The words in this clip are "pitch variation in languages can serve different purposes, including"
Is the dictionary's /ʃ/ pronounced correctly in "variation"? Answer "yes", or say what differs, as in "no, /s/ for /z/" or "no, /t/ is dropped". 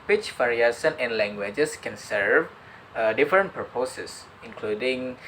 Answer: no, /s/ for /ʃ/